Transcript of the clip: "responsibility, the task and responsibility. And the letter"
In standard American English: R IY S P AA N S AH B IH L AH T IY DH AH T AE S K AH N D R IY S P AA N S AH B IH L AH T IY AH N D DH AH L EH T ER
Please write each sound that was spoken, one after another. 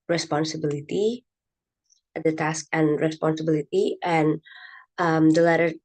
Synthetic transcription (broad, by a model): R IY S P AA N S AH B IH L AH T IY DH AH T AE S K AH N R IY S P AA N S AH B IH L AH T IY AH N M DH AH L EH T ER